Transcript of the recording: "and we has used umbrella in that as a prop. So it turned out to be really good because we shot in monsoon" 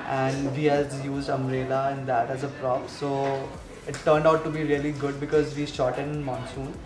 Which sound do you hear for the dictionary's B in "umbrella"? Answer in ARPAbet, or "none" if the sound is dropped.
none